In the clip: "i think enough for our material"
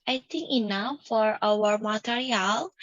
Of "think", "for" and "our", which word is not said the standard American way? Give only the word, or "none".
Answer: think